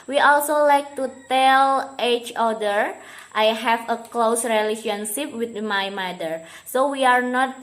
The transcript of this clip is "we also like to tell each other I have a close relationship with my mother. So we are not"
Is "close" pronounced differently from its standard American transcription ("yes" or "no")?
no